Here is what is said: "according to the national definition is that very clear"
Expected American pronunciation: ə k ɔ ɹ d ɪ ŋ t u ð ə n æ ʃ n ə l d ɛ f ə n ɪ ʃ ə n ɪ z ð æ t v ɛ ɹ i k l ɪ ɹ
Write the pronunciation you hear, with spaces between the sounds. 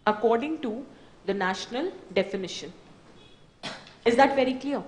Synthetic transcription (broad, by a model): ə k ɔ ɹ d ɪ ŋ t u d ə n æ ʃ n ə l d ɛ f ə n ɪ ʃ ə n ɪ z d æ t v ɛ ɹ i k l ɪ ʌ